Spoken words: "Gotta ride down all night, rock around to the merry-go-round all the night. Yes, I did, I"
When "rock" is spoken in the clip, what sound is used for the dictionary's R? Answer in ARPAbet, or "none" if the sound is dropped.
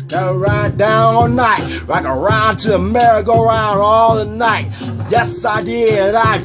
L